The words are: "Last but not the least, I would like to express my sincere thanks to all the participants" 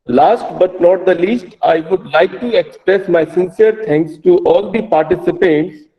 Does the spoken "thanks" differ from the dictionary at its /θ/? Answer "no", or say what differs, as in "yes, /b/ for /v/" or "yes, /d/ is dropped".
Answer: yes, /t/ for /θ/